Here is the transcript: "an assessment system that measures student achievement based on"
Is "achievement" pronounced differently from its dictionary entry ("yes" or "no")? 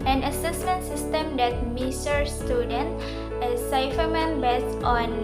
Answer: yes